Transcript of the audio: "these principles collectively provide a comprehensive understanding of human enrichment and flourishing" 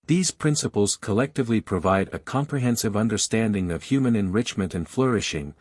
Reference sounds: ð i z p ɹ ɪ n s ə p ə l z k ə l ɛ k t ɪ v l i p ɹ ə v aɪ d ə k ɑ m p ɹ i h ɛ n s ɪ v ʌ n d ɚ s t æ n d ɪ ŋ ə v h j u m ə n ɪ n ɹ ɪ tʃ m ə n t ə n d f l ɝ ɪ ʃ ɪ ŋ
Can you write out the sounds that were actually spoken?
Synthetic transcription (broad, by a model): ð i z p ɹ ɪ n s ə p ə l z k ə l ɛ k t ɪ v l i p ɹ ə v aɪ d ə k ɑ m p ɹ i h ɛ n s ɪ v ʌ n d ɚ s t æ n d ɪ ŋ ə v h j u m ə n ɪ n ɹ ɪ tʃ m ə n t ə n f l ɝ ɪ ʃ ɪ ŋ